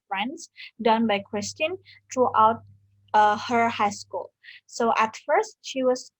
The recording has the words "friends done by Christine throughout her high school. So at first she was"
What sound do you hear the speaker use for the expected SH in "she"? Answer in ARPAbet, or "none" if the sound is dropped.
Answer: SH